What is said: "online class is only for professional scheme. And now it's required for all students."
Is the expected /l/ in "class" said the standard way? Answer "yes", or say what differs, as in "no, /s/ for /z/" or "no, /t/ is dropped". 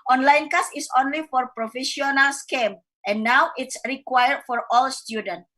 no, /l/ is dropped